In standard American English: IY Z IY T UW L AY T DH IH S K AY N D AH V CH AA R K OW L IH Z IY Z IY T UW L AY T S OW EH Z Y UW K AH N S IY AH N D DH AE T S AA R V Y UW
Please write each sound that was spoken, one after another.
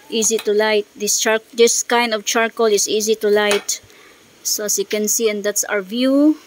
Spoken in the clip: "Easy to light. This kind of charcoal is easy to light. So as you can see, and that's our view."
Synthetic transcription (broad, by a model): IY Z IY T UW L AY T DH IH S K AY N D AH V CH AA R K OW L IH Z IY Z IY T UW L AY T S OW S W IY K AH N S IY AH N D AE T S AA R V Y UW